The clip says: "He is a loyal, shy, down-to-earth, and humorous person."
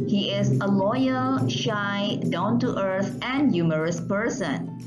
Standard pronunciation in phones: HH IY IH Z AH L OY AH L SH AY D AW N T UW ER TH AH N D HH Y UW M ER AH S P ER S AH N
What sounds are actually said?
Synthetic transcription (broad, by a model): HH IY IH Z AH L OY AH L SH AY D AW N T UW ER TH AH N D Y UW M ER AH S P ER S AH N